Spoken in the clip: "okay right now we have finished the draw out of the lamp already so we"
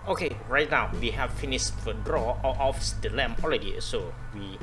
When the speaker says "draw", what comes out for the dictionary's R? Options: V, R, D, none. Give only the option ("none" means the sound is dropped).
R